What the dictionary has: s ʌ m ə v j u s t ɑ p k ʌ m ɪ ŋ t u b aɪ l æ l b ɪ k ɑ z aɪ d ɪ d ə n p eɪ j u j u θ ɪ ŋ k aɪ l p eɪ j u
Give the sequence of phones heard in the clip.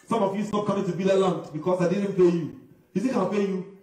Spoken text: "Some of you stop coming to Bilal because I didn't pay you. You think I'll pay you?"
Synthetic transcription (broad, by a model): s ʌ m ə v j u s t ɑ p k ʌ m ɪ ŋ t u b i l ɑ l b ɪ k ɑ s aɪ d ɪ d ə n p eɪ j u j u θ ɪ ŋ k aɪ n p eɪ j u